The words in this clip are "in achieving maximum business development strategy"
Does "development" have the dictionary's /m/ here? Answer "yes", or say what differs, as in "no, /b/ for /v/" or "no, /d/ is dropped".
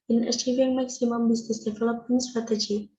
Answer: no, /m/ is dropped